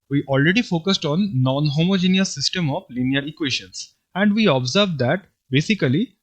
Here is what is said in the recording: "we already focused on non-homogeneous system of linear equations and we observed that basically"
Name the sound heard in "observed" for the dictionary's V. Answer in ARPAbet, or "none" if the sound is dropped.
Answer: V